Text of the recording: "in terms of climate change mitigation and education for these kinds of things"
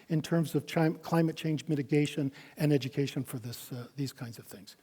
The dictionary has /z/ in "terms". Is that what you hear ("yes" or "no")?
yes